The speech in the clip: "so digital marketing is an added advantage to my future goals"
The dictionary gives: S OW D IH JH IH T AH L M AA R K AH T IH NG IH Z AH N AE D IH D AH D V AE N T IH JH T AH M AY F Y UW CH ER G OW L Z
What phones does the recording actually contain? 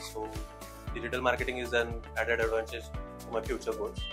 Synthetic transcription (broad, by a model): S OW D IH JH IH T AH L M AA R K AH T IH NG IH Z AH N AE D IH D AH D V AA N S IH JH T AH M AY F Y UW CH ER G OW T